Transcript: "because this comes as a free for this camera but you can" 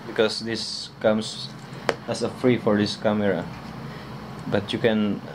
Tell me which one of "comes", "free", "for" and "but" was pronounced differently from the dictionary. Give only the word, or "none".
comes